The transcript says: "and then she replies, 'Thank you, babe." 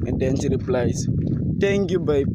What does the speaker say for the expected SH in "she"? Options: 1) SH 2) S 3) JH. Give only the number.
2